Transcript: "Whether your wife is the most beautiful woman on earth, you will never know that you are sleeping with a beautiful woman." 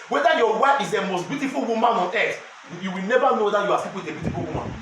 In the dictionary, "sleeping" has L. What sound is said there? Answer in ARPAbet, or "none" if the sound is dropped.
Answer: none